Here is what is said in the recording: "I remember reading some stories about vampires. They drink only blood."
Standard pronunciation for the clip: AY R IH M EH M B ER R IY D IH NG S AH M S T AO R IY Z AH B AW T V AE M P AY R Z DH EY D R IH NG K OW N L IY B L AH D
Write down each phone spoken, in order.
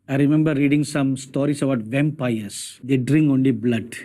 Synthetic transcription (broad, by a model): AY R IH M EH M B ER R IY D IH NG S AH M S T AO R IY S AH B AW T V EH M P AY R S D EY D R IH NG K OW N L IY B L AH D